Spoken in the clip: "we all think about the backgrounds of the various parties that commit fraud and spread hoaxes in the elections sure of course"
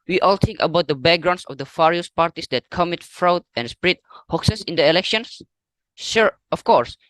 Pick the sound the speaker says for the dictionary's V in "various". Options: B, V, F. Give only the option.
F